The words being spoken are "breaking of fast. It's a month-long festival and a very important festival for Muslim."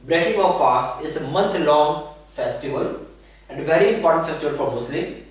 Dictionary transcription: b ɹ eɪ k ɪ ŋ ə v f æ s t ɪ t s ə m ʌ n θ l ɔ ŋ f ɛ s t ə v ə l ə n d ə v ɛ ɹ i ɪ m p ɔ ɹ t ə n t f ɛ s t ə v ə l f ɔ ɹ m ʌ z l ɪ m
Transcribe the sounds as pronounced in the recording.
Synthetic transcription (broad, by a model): b ɹ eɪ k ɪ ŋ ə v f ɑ s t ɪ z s ə m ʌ n t l ɔ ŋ f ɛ s t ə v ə l ə n d ə v ɛ ɹ i ɪ m p ɔ ɹ t ə n t f ɛ s t ə v ə l f ɔ ɹ m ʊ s l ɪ m